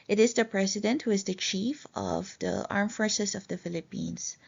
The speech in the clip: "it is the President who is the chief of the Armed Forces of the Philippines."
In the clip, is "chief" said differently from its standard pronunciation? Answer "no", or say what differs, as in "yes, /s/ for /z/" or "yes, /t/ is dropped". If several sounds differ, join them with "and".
no